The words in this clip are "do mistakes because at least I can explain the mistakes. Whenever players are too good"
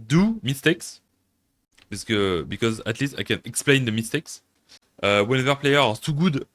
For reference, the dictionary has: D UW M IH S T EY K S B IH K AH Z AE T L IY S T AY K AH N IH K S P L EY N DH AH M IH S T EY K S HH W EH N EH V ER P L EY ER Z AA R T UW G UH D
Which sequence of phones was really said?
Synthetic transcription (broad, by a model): D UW M IH S T EY K S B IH K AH Z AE T L IY S T AY K AH N IH K S P L EY N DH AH M IH S T EY K S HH W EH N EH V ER P L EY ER AA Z T UW G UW D